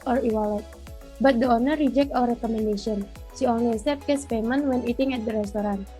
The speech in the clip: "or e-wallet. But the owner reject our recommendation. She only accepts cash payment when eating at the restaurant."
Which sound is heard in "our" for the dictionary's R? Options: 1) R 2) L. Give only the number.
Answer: 2